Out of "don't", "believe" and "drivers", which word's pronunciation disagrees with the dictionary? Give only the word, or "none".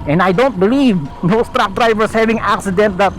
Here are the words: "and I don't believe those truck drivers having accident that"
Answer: drivers